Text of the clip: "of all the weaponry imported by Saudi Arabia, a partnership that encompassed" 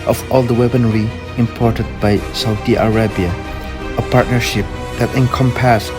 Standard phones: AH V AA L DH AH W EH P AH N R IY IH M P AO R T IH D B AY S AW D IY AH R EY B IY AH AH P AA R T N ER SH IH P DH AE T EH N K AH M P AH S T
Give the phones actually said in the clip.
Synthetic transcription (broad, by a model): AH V AA L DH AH W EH B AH N R IY IH M P AO R T IH D B AY S AW D IY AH R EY B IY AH AH P AA R T N ER SH IH P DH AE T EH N K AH M P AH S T